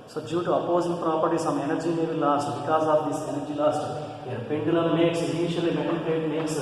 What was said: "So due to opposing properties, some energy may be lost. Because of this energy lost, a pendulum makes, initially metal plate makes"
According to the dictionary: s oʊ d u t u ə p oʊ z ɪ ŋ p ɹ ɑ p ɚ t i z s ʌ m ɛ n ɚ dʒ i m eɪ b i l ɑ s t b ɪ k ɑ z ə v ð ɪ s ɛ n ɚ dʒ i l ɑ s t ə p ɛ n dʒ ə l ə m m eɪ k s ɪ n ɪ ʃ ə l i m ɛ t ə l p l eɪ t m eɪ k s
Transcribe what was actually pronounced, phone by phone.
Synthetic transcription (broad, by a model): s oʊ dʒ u t u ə p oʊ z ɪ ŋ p ɹ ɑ p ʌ t i s ʌ m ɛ n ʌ dʒ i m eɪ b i l ɑ s t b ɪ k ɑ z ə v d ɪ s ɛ n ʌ dʒ i l ɑ s t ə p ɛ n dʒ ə l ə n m eɪ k s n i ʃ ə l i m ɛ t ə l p eɪ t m eɪ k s